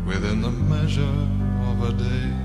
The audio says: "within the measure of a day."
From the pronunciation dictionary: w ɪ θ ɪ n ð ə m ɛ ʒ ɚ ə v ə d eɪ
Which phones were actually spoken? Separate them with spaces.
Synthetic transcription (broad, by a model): w ɪ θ ɪ n ð ə m ɛ ʒ ɚ ə v ə d eɪ